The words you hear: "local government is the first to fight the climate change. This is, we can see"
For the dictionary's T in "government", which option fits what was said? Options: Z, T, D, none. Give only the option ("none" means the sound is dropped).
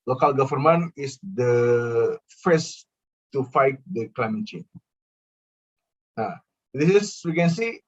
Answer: none